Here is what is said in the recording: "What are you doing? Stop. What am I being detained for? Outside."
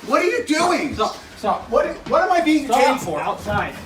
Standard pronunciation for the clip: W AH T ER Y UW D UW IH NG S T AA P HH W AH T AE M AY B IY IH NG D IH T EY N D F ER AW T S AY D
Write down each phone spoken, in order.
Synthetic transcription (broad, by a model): W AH T ER Y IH D UW IH NG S S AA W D W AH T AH M AY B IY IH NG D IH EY F ER AW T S AY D